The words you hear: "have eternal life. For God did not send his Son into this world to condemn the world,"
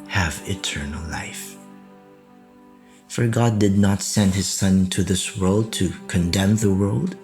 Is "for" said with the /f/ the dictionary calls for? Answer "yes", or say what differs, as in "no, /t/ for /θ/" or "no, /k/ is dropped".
yes